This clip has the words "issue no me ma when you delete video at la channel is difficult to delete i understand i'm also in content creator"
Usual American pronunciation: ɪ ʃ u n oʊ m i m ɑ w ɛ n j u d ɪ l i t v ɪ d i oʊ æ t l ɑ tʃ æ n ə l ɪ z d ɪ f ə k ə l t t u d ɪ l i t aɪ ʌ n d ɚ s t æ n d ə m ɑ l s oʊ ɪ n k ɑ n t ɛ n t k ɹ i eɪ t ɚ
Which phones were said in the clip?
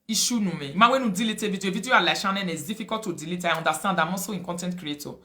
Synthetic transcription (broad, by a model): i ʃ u n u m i m ɑ w ɛ n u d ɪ l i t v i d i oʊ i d l ɑ ʃ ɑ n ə n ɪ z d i f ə k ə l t t u d ɪ l i t aɪ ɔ n d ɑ s t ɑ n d ə m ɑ s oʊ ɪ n k ɑ n t ɛ n t k ɹ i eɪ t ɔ